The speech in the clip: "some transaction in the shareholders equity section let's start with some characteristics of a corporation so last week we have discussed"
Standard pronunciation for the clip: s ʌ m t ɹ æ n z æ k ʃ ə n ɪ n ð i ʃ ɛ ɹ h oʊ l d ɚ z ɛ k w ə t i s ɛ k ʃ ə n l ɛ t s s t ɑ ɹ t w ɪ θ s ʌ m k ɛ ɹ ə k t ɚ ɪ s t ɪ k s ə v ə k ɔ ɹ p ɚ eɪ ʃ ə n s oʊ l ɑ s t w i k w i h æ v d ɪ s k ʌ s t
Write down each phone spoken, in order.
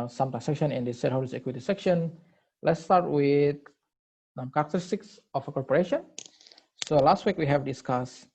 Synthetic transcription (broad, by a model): s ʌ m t æ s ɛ k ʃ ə n ɪ n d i s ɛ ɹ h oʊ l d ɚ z ɛ k w ə t i s ɛ k ʃ ə n l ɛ t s s t ɑ ɹ t w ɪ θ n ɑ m k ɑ ɹ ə k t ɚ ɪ s t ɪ k s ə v ə k ɔ ɹ p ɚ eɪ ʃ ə n s oʊ l ɑ s t w i k w i h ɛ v d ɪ s k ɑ s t